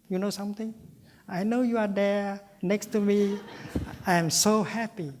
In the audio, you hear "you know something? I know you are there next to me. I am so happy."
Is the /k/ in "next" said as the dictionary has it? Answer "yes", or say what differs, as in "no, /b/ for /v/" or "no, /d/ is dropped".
yes